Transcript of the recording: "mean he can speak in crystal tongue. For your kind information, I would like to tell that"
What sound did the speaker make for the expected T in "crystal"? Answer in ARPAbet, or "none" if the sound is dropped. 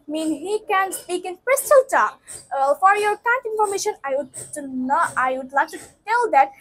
T